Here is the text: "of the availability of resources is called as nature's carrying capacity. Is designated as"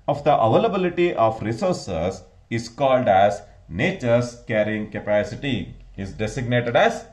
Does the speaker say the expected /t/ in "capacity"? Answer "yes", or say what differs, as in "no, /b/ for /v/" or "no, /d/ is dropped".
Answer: yes